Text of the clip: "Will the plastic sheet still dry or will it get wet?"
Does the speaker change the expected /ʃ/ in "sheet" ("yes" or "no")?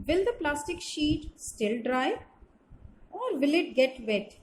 no